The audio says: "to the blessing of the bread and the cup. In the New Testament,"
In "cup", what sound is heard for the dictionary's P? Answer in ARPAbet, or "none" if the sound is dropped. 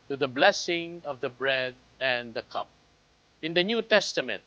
P